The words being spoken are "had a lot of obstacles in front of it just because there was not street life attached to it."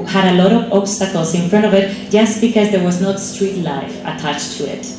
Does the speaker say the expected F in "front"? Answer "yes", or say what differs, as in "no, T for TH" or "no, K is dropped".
yes